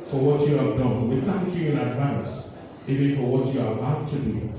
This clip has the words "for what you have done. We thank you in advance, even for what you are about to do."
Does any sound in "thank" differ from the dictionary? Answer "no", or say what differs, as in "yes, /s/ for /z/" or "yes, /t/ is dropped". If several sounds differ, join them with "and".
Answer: no